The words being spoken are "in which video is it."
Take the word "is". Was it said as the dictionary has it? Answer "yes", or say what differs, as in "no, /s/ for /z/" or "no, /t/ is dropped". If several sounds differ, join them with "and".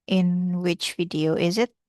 yes